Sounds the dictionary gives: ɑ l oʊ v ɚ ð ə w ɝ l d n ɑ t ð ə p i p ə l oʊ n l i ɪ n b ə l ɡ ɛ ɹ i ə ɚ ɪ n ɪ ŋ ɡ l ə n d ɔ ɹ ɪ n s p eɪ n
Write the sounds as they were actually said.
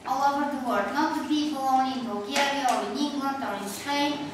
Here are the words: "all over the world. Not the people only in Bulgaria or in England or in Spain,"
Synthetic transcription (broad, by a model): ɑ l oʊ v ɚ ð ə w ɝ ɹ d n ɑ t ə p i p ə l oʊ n i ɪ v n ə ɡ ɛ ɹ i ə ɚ ɪ n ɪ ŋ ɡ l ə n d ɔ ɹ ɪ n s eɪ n